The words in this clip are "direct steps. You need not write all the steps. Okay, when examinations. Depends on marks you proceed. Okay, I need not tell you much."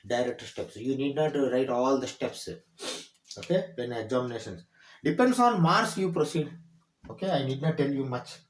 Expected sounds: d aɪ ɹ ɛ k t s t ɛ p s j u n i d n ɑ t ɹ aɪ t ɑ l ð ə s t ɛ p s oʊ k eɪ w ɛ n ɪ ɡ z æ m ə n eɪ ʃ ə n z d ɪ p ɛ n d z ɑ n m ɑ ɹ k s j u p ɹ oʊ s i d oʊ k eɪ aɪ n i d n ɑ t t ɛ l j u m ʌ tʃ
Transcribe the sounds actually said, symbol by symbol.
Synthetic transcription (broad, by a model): d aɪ ɹ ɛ k t s t ɛ p s j u n i d n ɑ t ɹ aɪ t ɑ l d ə s t ɛ p s oʊ k eɪ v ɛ n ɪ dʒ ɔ m n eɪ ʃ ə n s d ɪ p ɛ n d s ɑ n m ɑ ɹ s j u p ɹ oʊ s i d oʊ k eɪ aɪ n i d n ɑ t t ɛ l j u m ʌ tʃ